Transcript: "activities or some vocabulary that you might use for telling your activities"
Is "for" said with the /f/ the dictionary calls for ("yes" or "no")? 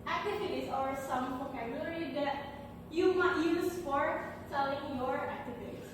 no